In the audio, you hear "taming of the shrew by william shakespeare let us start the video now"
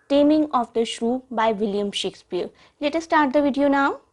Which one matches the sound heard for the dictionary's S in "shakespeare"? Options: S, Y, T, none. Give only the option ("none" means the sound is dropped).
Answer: S